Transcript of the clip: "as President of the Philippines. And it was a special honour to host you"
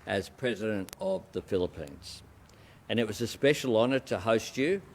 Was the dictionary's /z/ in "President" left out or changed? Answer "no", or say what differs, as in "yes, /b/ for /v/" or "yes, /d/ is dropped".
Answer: no